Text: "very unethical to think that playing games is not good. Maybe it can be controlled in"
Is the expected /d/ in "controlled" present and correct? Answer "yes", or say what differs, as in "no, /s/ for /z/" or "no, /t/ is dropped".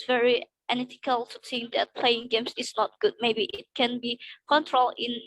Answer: no, /d/ is dropped